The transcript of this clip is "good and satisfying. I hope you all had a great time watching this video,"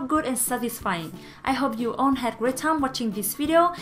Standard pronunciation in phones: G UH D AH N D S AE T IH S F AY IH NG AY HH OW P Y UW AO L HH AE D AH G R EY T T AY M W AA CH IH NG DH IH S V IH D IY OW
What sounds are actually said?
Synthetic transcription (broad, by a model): G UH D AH N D S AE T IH S F AY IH NG AY HH OW P Y UW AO N HH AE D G R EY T T AY M W AA CH IH NG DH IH S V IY D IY OW